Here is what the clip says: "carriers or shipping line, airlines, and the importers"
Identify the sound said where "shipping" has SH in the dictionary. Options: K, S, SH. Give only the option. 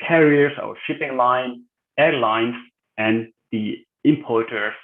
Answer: SH